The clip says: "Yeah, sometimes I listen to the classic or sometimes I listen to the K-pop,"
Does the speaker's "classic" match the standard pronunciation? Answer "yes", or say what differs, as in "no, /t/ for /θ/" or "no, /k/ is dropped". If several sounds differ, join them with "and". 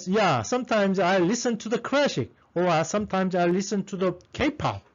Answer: no, /ʃ/ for /s/